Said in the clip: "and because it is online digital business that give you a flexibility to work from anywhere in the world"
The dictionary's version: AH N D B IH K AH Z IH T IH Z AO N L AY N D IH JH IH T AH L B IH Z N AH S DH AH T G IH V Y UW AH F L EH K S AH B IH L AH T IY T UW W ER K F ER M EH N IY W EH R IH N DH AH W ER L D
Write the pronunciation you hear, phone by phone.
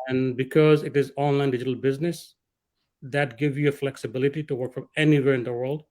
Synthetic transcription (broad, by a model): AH N B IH K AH Z IH T IH Z AO N L AY N D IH JH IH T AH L B IH Z N AH S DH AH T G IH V Y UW AH F L EH K S AH B IH L AH T IY T UW W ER K F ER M EH N IY W EH R IH N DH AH W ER L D